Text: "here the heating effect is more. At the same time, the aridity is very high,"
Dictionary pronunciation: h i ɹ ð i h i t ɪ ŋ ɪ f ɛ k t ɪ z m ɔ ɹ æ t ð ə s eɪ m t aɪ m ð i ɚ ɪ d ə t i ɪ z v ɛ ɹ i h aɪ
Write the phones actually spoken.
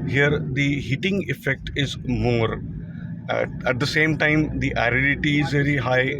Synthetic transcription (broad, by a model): h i ɹ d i h i t ɪ ŋ ɪ f ɛ k t ɪ z m ɔ ɹ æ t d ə s eɪ m t aɪ m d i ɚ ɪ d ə t i ɪ z v ɛ ɹ i h aɪ